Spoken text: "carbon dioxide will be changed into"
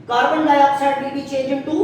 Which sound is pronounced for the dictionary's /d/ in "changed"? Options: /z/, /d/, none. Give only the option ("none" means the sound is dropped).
none